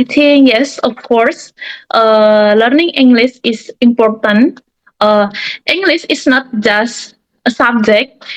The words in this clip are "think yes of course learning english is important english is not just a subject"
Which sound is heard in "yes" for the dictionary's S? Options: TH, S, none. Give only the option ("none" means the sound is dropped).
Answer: S